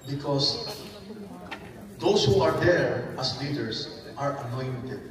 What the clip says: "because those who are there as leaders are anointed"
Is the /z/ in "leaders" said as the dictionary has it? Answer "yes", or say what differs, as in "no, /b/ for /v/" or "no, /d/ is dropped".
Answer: no, /s/ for /z/